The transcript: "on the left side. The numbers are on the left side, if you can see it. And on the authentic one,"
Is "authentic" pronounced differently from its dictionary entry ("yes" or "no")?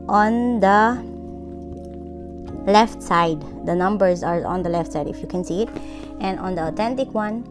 yes